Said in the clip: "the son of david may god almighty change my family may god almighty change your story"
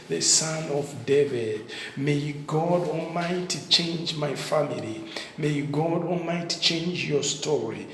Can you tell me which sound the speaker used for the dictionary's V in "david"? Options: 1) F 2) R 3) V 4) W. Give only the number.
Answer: 3